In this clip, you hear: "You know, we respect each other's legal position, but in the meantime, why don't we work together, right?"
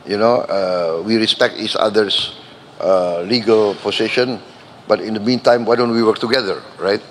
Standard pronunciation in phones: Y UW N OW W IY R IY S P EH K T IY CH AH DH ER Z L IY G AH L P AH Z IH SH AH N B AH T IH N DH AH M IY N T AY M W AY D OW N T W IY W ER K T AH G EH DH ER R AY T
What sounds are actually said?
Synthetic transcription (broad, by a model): Y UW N OW W IY R IY S P EH K T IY S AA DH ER S L IY G AH L P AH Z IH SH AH N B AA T IH N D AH M IY N T AY M W AY D OW N T W IY W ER K T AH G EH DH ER R AY T